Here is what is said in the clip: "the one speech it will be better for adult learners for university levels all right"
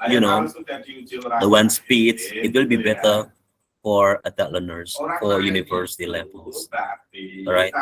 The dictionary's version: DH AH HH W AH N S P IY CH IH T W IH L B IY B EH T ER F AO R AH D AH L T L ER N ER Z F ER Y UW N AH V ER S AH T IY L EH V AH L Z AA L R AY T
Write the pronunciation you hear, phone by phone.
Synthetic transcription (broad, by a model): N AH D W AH N S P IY S IH T W IH L B IY B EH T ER F AO R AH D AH T L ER N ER S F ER Y UW N AH V ER S AH T IY L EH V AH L S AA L R AY T